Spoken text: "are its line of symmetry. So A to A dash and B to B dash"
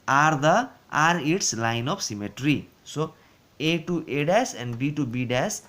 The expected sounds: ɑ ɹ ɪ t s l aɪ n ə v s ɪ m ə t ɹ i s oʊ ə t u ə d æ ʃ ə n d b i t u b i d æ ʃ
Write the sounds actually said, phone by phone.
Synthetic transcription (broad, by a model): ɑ ɹ ɪ t s l aɪ n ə p s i m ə t ɹ i s oʊ ə t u ə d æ s ə n d b i t u b i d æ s